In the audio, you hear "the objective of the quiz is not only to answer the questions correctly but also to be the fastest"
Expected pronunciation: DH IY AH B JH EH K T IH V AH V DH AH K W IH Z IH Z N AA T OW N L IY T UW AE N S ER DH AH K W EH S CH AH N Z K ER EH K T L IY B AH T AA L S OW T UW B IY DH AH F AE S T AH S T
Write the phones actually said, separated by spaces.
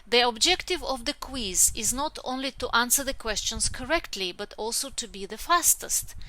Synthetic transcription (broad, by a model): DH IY AH B JH EH K T IH V AH V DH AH K W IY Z IH Z N AA T OW N L IY T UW AE N S ER DH AH K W EH S CH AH N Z K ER EH K T L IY B AH T AA L S OW T UW B IY DH AH F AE S T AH S T